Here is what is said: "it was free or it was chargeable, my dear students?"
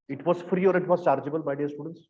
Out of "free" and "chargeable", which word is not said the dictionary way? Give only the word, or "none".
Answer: none